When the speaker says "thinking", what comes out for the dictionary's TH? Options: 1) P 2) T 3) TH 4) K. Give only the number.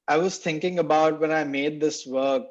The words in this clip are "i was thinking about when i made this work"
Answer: 2